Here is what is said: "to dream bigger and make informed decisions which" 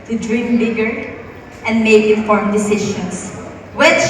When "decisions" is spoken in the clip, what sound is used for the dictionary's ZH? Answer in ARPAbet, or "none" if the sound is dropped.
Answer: SH